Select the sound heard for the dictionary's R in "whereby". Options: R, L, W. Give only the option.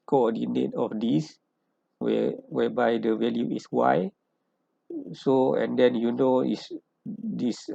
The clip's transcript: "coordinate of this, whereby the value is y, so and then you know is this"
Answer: W